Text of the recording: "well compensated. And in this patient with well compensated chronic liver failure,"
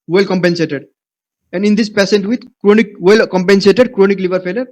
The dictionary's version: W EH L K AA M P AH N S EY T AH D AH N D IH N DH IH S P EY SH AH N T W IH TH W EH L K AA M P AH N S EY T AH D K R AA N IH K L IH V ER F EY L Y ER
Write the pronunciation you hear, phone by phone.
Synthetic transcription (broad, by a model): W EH L K AA M P AH N S EY T AH D AH N D IH N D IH S P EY S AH N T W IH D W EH L K AA M P AH N S EY T AH D K R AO N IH K L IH V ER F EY L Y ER